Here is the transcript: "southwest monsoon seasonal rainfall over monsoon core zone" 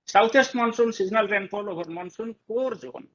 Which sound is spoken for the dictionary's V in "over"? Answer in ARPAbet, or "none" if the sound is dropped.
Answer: B